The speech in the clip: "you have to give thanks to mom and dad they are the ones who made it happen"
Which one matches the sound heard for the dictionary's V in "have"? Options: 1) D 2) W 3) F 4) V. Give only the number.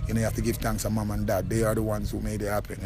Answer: 3